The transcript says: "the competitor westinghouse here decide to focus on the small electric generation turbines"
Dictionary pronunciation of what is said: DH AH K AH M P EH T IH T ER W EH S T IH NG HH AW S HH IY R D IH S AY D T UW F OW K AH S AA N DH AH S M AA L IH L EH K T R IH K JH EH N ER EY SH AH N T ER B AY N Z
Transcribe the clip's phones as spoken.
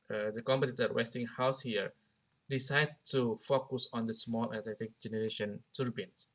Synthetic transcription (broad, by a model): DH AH K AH M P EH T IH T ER W EH S T IH NG HH AW S HH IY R D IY S AY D T UW F OW K AH S AA N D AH S M AA L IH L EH T IH K JH EH N ER EY SH AH N T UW B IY N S